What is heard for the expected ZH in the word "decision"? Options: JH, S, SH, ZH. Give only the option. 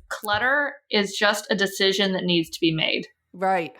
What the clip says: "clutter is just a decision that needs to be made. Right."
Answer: ZH